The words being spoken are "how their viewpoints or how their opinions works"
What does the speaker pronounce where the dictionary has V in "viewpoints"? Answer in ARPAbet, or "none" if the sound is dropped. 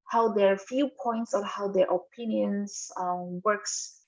F